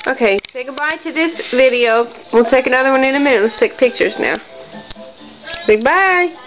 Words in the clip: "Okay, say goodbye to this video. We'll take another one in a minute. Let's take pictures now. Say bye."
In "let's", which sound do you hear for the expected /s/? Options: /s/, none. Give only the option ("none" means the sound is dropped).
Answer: /s/